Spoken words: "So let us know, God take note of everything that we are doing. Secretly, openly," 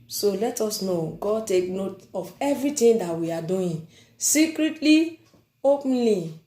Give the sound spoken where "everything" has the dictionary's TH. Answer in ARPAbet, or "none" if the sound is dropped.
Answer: T